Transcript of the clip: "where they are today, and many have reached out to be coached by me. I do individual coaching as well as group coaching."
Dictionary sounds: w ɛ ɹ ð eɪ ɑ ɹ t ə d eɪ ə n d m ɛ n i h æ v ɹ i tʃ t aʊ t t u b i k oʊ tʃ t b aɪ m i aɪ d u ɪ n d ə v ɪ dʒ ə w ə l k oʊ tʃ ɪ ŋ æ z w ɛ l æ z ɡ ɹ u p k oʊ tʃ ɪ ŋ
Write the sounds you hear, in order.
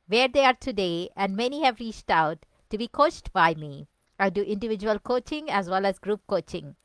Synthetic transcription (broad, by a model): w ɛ ɹ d eɪ ɑ ɹ t ə d eɪ ə n d m ɛ n i h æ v ɹ i tʃ t aʊ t t u b i k oʊ tʃ t b aɪ m i aɪ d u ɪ n d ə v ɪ dʒ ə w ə l k oʊ tʃ ɪ ŋ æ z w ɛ l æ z ɡ ɹ u p k oʊ tʃ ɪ ŋ